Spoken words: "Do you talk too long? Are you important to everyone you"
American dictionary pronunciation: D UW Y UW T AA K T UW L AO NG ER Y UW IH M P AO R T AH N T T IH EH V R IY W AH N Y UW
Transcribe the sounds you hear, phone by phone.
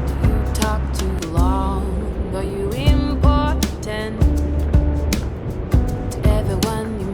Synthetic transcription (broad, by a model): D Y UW T AA K T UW L AO NG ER Y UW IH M P AO R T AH N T T IH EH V IY W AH N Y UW